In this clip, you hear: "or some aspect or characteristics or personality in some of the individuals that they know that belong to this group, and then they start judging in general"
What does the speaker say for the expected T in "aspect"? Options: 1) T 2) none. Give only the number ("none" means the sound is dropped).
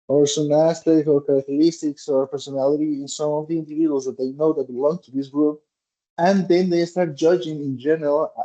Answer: 2